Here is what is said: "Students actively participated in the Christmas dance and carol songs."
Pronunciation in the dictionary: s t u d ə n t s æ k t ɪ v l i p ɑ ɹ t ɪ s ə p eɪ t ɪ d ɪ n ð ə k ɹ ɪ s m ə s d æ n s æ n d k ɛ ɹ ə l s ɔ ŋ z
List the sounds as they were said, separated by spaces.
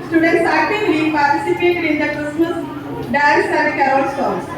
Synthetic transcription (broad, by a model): s t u d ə n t s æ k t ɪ l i p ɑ ɹ t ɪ s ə p eɪ t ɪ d ɪ n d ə k ɹ ɪ s m ə s d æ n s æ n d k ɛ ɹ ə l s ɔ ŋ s